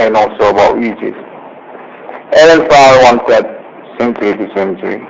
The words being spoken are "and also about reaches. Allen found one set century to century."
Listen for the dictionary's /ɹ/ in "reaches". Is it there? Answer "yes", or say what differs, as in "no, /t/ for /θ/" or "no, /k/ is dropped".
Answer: no, /w/ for /ɹ/